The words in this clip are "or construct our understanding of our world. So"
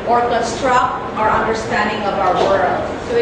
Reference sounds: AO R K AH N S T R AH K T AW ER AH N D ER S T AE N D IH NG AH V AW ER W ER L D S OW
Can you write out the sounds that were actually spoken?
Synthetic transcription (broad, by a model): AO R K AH S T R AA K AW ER AH N D ER S T AE N D IH NG AH V AW ER W ER L D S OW